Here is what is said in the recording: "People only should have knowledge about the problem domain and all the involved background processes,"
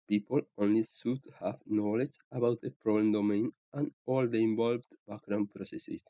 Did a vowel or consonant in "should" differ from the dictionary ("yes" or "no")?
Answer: yes